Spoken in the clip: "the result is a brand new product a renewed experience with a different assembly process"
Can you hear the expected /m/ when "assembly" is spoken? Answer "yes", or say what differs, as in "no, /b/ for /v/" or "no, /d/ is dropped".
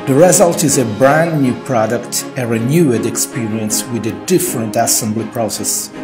yes